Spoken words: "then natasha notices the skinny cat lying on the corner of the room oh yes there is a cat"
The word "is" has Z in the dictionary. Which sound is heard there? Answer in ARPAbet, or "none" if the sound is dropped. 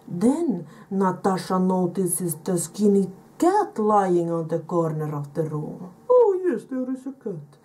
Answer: S